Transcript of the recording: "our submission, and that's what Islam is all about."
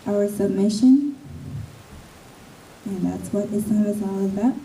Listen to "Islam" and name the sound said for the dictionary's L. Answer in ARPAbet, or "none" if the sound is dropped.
none